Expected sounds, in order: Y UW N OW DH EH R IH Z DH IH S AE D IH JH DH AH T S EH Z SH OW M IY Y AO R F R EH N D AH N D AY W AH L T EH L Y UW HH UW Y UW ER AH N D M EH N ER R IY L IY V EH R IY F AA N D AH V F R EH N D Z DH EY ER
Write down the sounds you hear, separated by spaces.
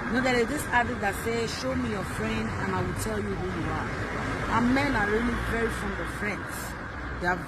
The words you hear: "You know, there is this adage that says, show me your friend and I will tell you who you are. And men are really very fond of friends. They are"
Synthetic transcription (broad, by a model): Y N OW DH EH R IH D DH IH S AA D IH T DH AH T S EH SH OW M IY Y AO F R EH N D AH N AY W AH L T EH L Y UW HH UW Y UW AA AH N M EH N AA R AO L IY P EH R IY F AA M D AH F R EH N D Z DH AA